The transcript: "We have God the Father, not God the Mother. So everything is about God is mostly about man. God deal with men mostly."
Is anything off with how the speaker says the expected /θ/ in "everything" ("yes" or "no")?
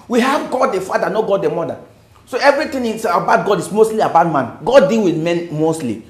yes